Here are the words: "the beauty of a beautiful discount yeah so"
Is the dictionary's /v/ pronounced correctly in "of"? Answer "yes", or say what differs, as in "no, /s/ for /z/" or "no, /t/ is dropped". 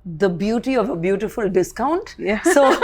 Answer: yes